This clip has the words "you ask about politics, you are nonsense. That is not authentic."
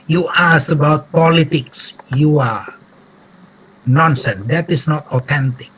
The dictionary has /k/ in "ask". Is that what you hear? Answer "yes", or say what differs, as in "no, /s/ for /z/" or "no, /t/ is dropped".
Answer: no, /k/ is dropped